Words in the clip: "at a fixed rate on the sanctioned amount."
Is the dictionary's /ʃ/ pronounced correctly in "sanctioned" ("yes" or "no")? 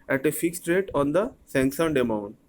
no